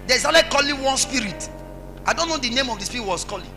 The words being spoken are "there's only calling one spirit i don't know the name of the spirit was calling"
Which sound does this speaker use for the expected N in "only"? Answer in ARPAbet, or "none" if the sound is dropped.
none